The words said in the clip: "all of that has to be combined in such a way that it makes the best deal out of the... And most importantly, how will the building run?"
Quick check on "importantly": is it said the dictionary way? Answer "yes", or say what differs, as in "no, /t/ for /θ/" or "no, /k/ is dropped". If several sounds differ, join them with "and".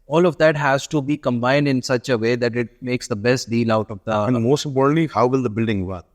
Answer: no, /m/ is dropped